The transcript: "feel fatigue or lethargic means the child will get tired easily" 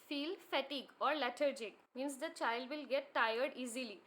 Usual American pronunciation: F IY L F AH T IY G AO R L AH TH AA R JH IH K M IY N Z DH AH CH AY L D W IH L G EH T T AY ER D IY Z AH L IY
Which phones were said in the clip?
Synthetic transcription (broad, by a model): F IY L F AH T IY G AO R L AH T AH R JH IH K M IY N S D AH CH AY L D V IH L G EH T T AY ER D IY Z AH L IY